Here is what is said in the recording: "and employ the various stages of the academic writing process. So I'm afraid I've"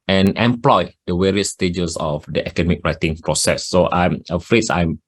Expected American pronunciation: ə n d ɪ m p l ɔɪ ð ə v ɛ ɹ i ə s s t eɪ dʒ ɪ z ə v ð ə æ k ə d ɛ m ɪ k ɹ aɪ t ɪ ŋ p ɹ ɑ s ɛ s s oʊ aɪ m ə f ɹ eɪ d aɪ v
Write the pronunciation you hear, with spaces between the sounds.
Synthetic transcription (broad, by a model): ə n ɪ m p l ɔɪ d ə w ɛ ɹ i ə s s t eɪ dʒ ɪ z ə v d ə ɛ k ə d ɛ m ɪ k ɹ aɪ t ɪ ŋ p ɹ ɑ s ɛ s s oʊ aɪ m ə f ɹ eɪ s aɪ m